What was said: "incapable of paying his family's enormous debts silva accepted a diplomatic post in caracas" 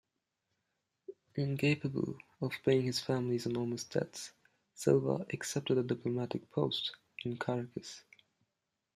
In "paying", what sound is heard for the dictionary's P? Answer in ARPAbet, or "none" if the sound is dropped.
B